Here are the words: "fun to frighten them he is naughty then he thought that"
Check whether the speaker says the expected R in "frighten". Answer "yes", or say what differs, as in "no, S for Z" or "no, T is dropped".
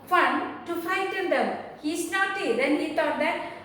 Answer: no, R is dropped